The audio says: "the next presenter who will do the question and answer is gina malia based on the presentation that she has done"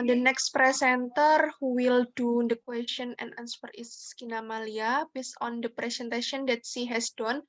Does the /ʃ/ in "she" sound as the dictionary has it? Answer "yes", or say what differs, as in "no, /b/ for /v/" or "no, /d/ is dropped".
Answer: no, /s/ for /ʃ/